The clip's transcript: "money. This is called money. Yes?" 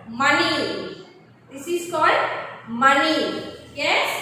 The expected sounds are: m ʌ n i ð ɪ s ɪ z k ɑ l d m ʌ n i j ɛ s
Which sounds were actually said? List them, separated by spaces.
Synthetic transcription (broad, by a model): m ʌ n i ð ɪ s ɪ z k ɑ l d m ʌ n i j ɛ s